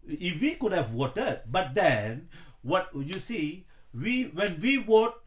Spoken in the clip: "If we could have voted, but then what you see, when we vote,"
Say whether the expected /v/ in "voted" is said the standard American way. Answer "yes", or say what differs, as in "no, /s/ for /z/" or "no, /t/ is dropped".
no, /w/ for /v/